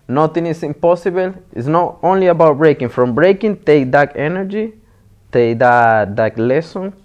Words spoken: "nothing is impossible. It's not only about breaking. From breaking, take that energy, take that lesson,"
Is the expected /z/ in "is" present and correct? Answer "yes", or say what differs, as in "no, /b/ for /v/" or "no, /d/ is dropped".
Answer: no, /s/ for /z/